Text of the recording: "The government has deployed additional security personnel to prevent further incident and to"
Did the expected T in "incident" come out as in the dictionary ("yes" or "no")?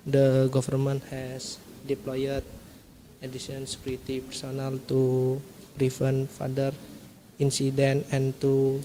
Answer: no